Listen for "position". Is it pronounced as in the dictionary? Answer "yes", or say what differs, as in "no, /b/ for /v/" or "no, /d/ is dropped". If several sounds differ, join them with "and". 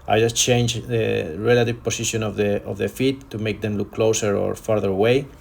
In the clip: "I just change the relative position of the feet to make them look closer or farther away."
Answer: no, /s/ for /z/